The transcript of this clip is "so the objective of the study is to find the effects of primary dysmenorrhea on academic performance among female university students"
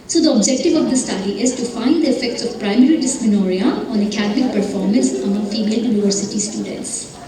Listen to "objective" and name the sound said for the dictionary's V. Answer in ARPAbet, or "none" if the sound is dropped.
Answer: V